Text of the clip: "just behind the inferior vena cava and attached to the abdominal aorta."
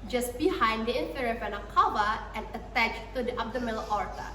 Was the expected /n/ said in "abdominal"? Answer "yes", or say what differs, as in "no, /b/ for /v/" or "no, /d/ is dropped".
no, /l/ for /n/